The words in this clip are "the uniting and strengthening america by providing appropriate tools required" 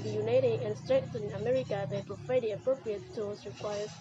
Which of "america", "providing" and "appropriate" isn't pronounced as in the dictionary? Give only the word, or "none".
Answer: providing